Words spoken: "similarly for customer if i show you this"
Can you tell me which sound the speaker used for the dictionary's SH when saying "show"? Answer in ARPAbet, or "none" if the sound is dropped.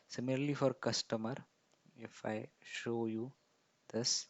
SH